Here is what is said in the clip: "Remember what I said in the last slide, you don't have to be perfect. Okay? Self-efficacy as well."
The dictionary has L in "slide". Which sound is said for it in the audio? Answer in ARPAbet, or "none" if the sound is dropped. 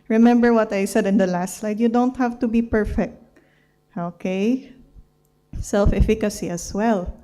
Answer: L